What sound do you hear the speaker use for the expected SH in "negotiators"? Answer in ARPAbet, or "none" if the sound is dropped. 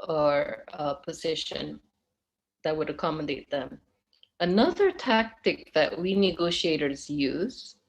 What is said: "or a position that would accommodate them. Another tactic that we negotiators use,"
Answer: SH